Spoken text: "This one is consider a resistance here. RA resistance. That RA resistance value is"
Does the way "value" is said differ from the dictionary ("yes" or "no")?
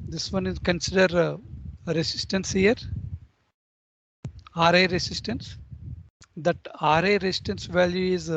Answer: no